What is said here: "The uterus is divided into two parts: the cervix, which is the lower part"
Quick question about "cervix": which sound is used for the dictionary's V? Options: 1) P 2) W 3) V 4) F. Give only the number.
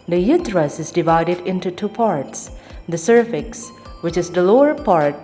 4